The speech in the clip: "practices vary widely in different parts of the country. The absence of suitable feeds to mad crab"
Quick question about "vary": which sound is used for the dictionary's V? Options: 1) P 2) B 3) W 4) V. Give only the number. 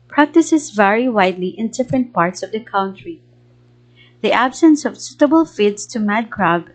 4